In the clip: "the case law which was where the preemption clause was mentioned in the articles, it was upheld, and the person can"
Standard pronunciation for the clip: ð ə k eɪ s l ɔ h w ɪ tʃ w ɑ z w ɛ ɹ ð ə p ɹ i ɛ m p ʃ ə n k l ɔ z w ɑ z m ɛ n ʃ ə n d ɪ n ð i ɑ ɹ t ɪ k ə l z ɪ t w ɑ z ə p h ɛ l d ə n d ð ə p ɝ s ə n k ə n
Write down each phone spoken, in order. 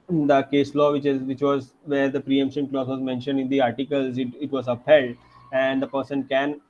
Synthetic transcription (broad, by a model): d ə k eɪ s l ɔ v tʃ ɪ tʃ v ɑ z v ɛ ɹ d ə p ɹ i ɛ m p ʃ ə n k l ɔ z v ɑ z m ɛ n ʃ ə n d ɪ n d i ɑ ɹ t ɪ k ə l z ɪ t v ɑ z ə p h ɛ l d ə n d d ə p ɝ s ə n k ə n